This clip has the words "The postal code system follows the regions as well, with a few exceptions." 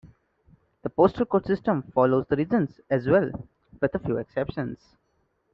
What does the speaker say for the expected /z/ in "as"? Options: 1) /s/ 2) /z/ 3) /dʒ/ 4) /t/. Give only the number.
2